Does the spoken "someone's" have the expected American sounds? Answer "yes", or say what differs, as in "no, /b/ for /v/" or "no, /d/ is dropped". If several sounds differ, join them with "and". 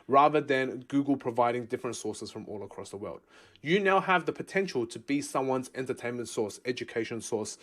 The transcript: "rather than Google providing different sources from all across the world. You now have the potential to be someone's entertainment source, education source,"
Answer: yes